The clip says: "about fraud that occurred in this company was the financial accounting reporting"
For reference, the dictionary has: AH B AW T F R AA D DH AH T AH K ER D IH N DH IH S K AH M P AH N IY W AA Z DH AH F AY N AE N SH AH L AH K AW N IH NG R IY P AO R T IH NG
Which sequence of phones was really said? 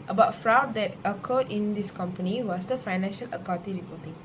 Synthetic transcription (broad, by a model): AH B AW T F R AA D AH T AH K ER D IH N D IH S K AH M P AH N IY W AA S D AH F AY N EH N SH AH L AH K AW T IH R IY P AO T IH NG